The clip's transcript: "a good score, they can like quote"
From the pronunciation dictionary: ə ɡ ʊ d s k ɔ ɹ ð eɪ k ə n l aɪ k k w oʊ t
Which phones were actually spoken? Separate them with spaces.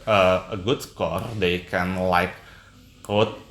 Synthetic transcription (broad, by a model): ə ɡ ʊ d s k ɔ ɹ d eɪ k ə n l aɪ k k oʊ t